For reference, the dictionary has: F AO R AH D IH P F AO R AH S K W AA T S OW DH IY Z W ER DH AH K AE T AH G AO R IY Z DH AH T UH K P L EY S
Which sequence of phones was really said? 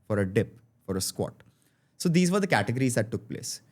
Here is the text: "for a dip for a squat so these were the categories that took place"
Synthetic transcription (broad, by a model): F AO R AH D IH P F AO R AH S K W AA T S OW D IY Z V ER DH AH K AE T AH G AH R IY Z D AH T UH K P L EY S